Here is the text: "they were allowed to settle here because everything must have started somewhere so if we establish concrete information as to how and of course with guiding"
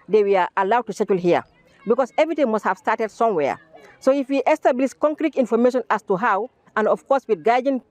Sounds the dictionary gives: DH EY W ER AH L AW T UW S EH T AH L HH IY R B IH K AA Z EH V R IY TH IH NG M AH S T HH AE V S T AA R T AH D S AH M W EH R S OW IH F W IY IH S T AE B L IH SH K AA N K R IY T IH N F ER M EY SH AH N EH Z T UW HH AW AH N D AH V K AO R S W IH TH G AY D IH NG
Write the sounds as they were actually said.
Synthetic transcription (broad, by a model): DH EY W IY AH L AW T UW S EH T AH L HH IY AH B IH K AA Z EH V R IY T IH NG M AH S T HH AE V S T AA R T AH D S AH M W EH S OW IH F W IY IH S T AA B L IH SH K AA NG K R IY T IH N F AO M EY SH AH N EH S T UW HH AW AH N D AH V K AO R S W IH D G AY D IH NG